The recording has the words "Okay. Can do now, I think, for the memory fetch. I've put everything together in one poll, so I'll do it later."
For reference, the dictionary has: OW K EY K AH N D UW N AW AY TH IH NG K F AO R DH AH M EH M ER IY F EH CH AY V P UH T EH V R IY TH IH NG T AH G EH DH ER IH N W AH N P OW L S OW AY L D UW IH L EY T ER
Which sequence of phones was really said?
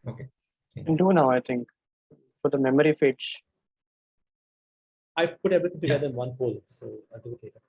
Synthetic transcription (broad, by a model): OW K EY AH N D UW N AW AY T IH NG K F AO R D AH M EH M ER IY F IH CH AY P UH T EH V R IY T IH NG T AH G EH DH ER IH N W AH N F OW L S OW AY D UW IH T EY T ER